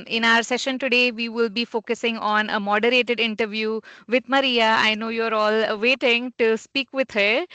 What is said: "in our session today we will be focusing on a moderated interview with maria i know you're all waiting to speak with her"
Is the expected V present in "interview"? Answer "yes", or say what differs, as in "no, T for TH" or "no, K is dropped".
yes